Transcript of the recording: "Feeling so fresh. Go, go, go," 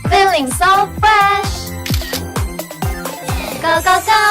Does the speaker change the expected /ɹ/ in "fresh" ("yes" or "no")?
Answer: yes